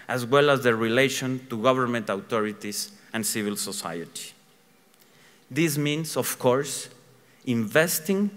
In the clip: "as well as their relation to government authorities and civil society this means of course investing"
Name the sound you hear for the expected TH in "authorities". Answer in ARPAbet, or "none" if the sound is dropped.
T